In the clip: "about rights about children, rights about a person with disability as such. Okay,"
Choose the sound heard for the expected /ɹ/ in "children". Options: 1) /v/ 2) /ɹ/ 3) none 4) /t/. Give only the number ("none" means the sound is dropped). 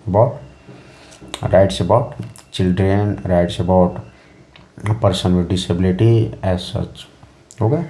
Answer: 2